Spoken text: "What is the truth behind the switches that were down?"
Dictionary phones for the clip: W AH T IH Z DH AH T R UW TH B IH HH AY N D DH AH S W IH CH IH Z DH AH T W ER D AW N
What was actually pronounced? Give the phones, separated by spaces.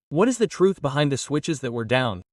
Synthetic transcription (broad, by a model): W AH T IH Z DH AH T R UW TH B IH HH AY N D DH AH S W IH CH IH Z DH AH T W ER D AW N